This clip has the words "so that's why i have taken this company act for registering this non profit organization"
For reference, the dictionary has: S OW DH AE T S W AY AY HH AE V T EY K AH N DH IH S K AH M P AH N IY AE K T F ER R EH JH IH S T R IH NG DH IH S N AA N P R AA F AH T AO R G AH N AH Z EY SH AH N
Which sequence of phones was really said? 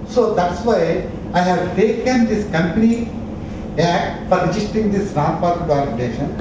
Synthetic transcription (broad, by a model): S OW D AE T S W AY AY HH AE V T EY K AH N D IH S K AH M P AH N IY AE K T F ER R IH JH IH S T IH NG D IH S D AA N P AA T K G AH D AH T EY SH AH N